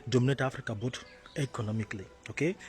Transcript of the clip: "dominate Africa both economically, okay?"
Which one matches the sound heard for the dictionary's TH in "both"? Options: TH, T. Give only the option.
T